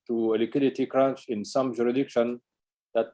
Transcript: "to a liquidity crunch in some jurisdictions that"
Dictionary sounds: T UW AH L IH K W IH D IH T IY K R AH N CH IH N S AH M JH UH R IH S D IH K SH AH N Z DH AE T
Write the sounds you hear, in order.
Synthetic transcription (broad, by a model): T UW AH L IH K W IH D IH T IY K R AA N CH IH N S AH M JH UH R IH D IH K SH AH N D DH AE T